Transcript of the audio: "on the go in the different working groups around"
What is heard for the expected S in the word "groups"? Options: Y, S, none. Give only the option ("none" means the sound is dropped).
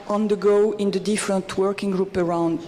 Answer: none